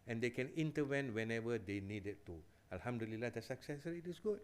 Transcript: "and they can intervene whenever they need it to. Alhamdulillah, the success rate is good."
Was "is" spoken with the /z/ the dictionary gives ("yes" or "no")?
no